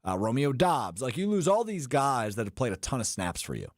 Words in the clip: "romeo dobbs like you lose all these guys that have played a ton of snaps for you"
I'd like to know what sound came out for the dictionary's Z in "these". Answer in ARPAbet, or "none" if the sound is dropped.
Z